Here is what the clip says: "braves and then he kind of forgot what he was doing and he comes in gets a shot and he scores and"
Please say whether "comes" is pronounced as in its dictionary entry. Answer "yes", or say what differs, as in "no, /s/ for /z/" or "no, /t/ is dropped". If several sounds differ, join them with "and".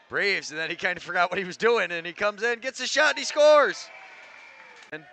yes